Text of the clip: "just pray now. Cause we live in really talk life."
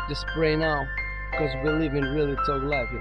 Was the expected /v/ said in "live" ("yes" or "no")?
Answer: yes